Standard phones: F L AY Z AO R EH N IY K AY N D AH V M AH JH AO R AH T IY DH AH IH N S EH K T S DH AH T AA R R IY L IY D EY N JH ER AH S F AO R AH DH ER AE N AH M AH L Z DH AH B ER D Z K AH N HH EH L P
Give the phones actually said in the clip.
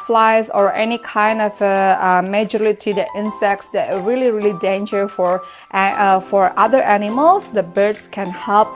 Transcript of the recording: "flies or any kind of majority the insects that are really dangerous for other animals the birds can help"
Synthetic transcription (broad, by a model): F L AY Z AO R EH N IY K AY N D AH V M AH JH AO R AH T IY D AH IH N S EH K T S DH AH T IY L R IY L IY D EY N JH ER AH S F AO R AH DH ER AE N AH M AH L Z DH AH B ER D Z K AH N HH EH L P